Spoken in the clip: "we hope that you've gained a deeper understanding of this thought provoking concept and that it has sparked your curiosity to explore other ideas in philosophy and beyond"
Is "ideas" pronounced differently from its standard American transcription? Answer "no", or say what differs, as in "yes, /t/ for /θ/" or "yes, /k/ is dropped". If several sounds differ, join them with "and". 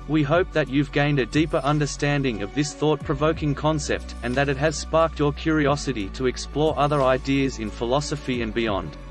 no